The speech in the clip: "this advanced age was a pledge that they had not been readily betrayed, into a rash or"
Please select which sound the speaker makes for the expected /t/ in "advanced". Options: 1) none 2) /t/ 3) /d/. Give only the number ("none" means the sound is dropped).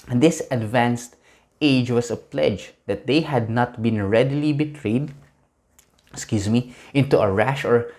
2